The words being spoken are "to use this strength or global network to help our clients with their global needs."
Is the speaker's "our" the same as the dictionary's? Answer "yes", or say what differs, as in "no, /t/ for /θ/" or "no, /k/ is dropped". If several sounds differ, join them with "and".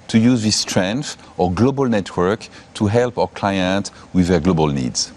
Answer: no, /w/ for /ɹ/